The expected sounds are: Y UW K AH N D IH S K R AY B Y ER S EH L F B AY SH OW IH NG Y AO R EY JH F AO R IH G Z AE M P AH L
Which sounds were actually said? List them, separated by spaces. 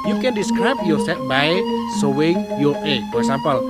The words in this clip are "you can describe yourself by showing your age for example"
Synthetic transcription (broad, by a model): Y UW K AH N D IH S K R AY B Y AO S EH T B AY S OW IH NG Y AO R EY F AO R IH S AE M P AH L